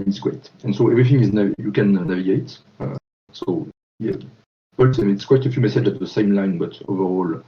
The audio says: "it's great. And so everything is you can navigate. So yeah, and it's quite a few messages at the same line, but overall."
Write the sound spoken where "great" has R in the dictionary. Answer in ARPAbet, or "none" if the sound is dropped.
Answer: W